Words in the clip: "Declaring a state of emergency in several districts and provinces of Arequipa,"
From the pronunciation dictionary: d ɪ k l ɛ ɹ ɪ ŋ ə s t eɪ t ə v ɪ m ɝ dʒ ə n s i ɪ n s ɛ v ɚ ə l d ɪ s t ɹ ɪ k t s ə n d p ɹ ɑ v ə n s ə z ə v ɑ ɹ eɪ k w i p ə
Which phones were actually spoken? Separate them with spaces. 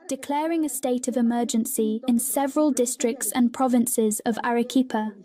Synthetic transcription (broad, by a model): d ɪ k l ɛ ɹ ɪ ŋ ə s t eɪ t ə v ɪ m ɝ dʒ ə n s i ɪ n s ɛ v ɚ ə l d ɪ s t ɹ ɪ k t s ə n p ɹ ɑ v ə n s ə z ə v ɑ ɹ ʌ k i p ə